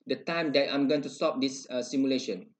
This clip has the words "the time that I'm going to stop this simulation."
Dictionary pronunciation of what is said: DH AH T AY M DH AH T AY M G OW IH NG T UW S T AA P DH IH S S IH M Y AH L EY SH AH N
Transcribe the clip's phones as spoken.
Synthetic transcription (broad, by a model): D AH T AY M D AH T AY M G OW IH NG T UW S T AA P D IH S S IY M Y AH L EY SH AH N